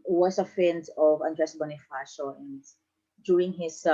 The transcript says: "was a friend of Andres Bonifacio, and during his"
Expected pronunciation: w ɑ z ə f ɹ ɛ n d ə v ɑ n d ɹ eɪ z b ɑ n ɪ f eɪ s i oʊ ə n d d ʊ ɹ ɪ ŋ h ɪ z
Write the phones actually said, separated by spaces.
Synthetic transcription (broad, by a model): w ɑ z ə f ɛ n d ə v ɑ n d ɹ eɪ s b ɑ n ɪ f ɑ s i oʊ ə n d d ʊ ɹ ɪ ŋ h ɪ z